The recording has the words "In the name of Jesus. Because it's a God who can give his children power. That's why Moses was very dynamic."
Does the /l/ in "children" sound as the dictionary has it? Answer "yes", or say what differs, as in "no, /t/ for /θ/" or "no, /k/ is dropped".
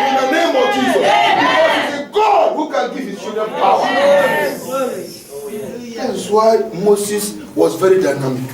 no, /l/ is dropped